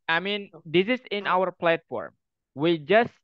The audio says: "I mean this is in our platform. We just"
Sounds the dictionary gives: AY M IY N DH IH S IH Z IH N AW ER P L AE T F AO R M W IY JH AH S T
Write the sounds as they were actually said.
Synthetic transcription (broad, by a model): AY M IY N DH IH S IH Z IH N AW ER P L AE T F AO R M W IY JH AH S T